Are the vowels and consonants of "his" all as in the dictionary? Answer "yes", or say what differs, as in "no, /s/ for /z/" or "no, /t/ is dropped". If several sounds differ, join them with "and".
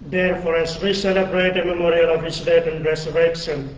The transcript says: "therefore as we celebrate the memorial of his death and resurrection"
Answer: no, /s/ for /z/